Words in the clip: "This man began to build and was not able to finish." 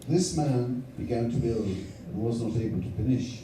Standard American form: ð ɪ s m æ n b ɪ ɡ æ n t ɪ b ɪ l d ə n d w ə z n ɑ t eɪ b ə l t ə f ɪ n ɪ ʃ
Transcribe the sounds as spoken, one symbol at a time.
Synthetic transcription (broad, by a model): ð ɪ s m æ n b ɪ ɡ æ n t ɪ b ɪ l d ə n w ə z n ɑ t eɪ b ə l t ə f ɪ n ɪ ʃ